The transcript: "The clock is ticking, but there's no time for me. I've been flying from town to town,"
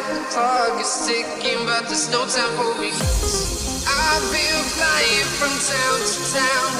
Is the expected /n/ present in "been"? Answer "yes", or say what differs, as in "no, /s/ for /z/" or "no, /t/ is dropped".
no, /l/ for /n/